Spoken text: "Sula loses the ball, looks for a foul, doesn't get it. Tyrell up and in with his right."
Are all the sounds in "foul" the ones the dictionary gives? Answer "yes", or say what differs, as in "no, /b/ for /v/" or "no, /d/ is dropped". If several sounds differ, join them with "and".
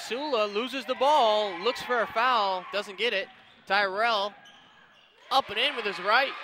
yes